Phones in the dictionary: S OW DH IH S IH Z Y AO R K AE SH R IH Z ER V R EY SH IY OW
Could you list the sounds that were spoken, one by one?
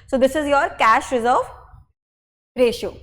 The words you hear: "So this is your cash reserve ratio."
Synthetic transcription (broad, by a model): S OW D IH S IH Z Y AO R K AE SH R IH Z ER V R EY SH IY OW